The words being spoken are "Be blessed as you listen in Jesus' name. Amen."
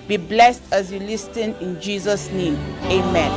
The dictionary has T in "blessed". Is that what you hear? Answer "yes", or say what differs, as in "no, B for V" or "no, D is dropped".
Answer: yes